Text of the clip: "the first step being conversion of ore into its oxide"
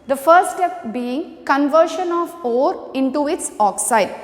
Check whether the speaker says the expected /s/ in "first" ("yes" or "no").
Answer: no